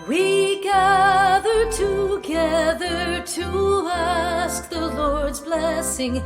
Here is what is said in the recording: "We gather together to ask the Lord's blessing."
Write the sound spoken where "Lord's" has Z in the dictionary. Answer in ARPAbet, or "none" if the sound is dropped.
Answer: Z